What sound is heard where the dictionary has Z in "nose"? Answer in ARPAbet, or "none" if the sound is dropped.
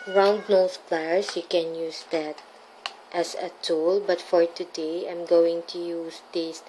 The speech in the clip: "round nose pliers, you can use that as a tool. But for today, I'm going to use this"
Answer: S